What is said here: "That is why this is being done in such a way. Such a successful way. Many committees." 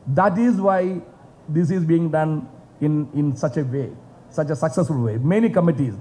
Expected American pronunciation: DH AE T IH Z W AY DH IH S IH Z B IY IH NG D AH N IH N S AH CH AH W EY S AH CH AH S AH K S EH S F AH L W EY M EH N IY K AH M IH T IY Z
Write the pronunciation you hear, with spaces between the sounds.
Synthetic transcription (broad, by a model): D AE T IH Z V AY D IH S IH Z B IY IH NG D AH N IH N S AH CH AH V EY S AH CH AH S AH K S EH S F AH L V EY M EH N IY K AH M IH T IY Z